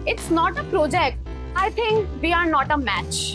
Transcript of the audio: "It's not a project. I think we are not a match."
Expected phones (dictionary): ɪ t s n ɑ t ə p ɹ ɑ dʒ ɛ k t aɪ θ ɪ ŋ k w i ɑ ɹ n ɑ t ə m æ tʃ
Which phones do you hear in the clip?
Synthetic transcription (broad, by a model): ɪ t s n ɑ t ə p ɹ ɑ dʒ ɛ k t aɪ t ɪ ŋ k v i ɑ ɹ n ɑ t ə m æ tʃ